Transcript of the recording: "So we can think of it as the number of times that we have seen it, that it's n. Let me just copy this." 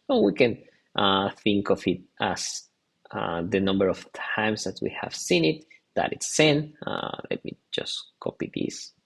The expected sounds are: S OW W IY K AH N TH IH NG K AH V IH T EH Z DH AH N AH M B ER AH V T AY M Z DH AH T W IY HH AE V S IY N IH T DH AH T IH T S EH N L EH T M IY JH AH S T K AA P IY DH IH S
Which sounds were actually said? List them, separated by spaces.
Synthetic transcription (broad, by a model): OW W IY K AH N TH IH NG K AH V IH T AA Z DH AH N AH M B ER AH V T AY M S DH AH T W IY HH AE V S IY N IH T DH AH T IH T S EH N L EH T M IY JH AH S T K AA P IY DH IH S